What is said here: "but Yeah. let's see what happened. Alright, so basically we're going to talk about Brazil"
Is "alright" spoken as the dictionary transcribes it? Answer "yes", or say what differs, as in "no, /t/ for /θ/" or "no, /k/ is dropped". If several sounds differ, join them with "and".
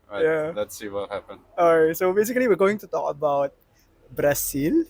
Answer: no, /l/ is dropped